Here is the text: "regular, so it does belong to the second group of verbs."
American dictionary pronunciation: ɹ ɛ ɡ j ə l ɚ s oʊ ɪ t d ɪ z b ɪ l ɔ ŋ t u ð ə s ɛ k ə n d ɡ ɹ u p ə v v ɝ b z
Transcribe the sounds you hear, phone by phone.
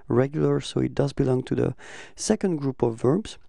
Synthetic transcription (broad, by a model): ɹ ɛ ɡ j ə l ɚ s oʊ ɪ t d ɪ z b ɪ l ɔ ŋ t u ð ə s ɛ k ə n d ɡ ɹ u p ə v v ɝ b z